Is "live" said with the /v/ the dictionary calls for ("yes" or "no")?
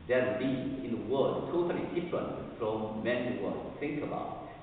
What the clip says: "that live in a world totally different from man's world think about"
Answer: no